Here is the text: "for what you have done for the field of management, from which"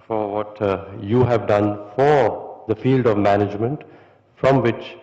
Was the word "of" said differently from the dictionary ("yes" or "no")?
no